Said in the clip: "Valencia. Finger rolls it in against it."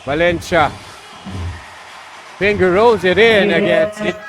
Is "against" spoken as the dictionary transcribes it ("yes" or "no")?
no